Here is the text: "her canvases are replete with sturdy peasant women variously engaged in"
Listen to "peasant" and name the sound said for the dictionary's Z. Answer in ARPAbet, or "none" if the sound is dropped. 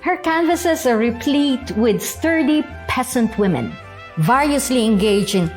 S